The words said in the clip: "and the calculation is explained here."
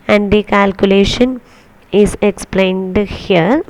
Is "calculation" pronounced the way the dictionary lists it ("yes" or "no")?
yes